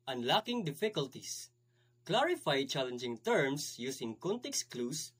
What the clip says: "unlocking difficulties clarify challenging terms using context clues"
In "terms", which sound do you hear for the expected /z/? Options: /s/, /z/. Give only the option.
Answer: /s/